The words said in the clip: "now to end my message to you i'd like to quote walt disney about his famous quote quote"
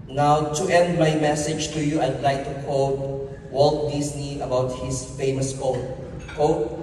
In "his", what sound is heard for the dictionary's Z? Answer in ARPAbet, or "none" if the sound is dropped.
S